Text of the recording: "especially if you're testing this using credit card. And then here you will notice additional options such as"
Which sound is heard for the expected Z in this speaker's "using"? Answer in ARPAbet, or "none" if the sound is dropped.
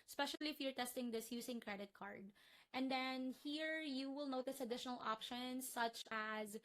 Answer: S